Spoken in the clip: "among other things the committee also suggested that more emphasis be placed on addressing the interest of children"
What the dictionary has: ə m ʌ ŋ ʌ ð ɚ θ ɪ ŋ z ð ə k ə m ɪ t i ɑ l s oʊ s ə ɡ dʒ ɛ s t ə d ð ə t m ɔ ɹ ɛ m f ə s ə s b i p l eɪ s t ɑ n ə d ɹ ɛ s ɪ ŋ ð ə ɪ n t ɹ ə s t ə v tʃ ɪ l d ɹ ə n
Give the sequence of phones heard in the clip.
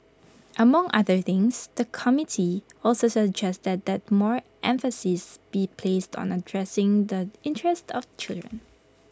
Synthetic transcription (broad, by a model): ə m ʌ ŋ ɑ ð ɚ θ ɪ ŋ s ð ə k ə m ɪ t i ɑ l s oʊ s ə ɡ dʒ ɛ s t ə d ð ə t m ɔ ɹ ɛ m f ə s ə s b i p l eɪ s t ɑ n ə d ɹ ɛ s ɪ ŋ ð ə ɪ n t ɹ ə s t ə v tʃ ɪ l d ɹ ə n